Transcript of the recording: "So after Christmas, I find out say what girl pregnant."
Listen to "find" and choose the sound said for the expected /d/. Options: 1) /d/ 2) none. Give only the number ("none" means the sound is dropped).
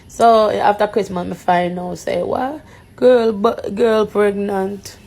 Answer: 2